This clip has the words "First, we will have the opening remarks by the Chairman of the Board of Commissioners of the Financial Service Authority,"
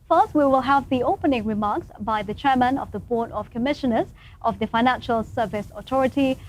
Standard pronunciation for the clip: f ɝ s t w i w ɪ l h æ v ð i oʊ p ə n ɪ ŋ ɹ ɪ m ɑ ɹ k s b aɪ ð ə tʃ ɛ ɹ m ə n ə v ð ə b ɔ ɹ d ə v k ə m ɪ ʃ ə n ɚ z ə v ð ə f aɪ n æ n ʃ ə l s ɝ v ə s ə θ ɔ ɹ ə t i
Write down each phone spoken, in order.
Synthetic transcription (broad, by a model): f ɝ s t w i w ɪ l h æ v ð i oʊ p ə n ɪ ŋ ɹ ɪ m ɑ ɹ k s b aɪ ð ə tʃ ɛ ɹ m ə n ə v ð ə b ɔ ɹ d ə v k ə m ɪ ʃ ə n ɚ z ə v ð ə f aɪ n æ n ʃ ə l s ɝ v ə s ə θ ɔ ɹ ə t i